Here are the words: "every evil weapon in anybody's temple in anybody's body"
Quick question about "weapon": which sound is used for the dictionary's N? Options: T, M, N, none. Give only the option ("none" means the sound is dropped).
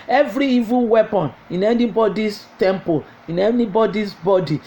N